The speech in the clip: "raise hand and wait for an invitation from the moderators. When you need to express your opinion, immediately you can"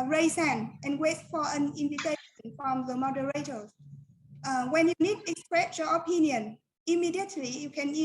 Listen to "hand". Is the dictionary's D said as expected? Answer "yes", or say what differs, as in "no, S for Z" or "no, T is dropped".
no, D is dropped